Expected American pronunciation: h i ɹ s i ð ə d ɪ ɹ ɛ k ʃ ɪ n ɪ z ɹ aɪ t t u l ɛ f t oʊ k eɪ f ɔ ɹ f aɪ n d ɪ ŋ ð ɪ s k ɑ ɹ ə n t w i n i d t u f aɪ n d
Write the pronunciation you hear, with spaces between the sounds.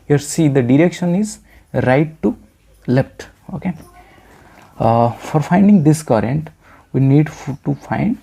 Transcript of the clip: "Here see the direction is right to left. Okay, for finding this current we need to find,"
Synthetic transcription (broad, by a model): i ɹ s i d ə d ɪ ɹ ɛ k ʃ ɪ n ɪ z ɹ aɪ t t u l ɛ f t oʊ k eɪ f ɔ ɹ f aɪ n d ɪ ŋ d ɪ s k ɑ ɹ ə n t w i n i d t u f aɪ n d